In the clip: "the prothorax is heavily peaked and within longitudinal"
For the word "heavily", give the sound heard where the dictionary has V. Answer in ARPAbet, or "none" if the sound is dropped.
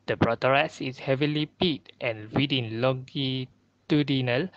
V